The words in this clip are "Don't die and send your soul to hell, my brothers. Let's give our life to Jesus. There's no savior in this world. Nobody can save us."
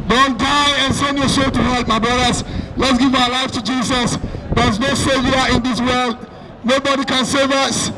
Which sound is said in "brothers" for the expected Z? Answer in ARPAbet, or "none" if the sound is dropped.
S